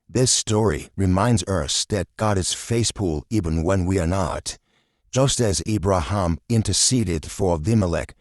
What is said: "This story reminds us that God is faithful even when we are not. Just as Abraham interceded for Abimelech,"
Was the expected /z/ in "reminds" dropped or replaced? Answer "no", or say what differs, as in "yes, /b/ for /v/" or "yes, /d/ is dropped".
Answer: no